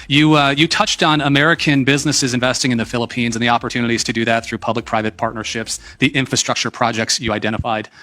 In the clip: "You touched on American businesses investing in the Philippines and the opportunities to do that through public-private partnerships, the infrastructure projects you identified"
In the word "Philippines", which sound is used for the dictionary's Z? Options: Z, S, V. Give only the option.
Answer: Z